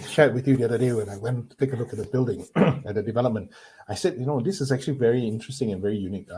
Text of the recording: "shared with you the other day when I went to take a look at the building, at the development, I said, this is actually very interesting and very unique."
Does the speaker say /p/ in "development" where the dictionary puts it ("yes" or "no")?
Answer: yes